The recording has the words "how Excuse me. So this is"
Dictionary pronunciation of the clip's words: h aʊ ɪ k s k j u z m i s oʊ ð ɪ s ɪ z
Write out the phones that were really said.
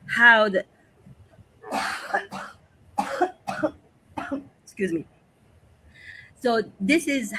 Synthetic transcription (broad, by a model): h aʊ ɪ k s k j u z m i s oʊ ð ɪ s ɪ z